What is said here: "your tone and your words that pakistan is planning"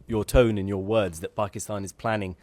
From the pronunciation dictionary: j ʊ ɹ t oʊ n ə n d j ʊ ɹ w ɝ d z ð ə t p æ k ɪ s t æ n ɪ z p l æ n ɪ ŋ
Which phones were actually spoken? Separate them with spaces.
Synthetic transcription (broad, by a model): j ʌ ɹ t oʊ n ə n j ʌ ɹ w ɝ d z ð ə t p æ k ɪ s t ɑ n ɪ z p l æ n ɪ ŋ